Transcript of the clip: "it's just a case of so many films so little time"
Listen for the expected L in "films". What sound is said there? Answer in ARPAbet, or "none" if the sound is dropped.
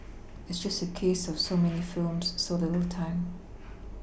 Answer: L